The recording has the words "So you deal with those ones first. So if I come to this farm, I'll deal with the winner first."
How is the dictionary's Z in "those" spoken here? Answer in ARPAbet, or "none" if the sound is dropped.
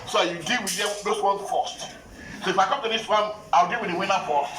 S